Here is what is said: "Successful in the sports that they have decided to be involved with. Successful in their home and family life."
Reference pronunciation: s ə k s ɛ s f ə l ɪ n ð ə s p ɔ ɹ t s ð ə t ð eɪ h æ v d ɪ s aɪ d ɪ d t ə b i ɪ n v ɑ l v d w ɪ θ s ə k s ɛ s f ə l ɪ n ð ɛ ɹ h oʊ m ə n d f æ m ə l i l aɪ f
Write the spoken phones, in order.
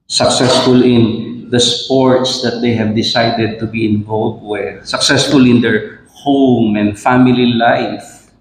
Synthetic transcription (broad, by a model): s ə k s ɛ s f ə l ɪ n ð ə s p ɔ ɹ t s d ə t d eɪ h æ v d ɪ s aɪ d ɪ d t ə b i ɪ n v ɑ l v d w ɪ s ə k s ɛ s f ə l ɪ n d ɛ ɹ h oʊ m ə n d f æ m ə l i l aɪ f